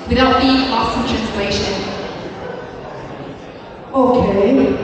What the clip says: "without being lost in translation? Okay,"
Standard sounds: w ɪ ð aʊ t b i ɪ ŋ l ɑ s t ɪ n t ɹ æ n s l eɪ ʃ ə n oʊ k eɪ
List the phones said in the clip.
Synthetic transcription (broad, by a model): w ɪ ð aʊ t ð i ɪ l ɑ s ɪ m t ɹ æ n s l eɪ ʃ ə n oʊ k eɪ